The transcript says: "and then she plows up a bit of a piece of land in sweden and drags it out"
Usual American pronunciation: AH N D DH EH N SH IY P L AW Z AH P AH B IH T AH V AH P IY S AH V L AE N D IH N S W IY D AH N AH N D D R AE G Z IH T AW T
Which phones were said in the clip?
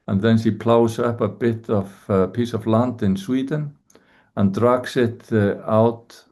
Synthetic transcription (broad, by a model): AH N DH EH N S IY P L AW S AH P AH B IH T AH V P IY S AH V L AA N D IH N S W IY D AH N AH N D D R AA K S IH T AW T